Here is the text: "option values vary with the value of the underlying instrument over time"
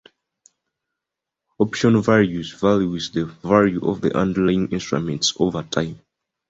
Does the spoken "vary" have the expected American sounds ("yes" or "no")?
no